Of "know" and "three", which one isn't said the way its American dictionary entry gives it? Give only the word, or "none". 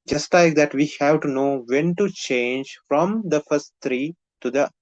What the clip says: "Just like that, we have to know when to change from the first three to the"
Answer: three